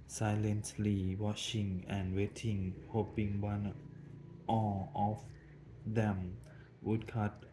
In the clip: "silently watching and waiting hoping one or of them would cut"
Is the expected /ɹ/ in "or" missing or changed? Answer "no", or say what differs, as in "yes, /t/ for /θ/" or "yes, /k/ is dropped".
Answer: yes, /l/ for /ɹ/